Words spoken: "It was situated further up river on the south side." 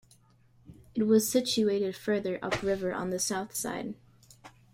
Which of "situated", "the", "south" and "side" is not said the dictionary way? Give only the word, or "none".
none